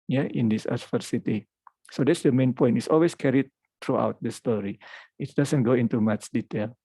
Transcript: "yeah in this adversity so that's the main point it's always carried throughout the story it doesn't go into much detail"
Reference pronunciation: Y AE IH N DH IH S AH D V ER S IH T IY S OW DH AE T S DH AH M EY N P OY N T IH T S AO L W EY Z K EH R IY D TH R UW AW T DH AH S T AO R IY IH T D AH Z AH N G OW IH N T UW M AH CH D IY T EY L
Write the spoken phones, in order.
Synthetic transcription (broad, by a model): Y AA IH N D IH S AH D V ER S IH T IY S OW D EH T S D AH M EY N P OY N T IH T S AO L W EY S K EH R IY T R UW AW T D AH S T AO R IY IH T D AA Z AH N G OW IH N T UW M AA CH D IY T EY L